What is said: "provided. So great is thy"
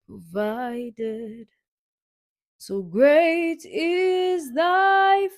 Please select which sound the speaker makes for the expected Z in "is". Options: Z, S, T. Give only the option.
Z